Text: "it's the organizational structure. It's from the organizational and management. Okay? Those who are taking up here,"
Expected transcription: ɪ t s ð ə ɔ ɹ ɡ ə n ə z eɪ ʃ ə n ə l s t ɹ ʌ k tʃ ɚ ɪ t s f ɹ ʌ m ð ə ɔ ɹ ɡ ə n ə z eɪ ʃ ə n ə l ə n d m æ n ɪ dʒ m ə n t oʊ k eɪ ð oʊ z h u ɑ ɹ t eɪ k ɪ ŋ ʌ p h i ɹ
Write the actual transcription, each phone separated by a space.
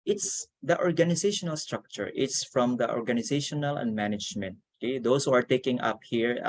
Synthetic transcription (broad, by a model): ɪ t s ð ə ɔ ɹ ɡ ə n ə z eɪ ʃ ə n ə l s t ɹ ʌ k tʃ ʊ ɪ t s f ɹ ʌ m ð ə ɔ ɹ ɡ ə n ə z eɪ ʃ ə n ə l ə n d m æ n ɪ dʒ m ə n t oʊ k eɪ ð oʊ s h u ɑ ɹ t eɪ k ɪ ŋ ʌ p h i ɹ